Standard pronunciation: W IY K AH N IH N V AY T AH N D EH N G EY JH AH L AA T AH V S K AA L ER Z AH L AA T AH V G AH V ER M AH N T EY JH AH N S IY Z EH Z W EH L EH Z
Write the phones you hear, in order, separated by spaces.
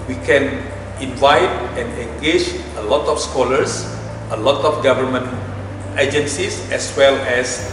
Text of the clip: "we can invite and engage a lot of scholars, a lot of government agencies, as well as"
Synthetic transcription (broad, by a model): W IY K AH N IH N V AY T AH N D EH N G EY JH AH L AA T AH F S K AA L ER S AH L AA T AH F G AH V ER M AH N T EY JH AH N S IY S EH S W EH L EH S